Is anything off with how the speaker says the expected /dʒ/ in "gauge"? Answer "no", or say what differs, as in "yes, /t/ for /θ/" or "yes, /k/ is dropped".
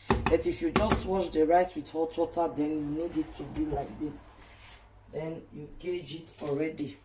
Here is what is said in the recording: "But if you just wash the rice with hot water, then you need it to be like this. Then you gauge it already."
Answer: no